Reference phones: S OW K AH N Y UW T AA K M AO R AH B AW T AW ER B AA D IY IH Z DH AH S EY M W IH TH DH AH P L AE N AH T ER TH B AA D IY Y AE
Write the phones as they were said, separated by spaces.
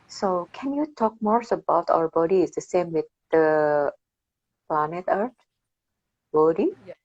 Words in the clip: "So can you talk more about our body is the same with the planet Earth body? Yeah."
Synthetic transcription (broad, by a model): S OW K AH N Y UW T AA K M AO R AH B AW T AW ER B AA D IY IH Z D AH S EY M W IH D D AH P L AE N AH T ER T B AA D IY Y